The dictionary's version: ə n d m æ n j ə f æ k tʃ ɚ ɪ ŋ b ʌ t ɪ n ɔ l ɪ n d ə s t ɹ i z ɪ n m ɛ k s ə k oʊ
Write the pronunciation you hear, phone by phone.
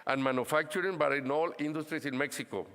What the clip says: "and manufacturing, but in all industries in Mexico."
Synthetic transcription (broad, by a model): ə n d m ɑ n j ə f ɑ k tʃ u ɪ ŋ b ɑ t ɪ n ɔ l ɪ n d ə s t ɹ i s ɪ n m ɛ k s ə k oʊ